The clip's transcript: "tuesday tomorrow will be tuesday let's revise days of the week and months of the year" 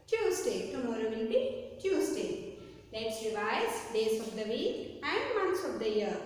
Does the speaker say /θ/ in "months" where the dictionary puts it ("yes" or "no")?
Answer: no